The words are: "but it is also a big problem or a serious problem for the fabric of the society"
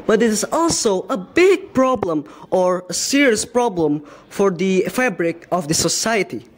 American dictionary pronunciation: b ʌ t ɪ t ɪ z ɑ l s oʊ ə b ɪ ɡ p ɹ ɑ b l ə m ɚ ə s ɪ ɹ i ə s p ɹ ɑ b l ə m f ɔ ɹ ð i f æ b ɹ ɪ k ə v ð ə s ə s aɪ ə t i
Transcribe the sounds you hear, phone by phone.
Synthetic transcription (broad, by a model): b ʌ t ɪ t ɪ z ɑ l s oʊ ə b ɪ ɡ p ɹ ɑ b l ə m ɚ ə s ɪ ɹ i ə s p ɹ ɑ b l ə m f ɔ ɹ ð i f æ b ɹ ɪ k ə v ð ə s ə s aɪ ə t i